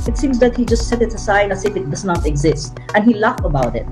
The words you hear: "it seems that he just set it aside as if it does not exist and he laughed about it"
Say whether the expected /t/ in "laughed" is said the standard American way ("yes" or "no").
no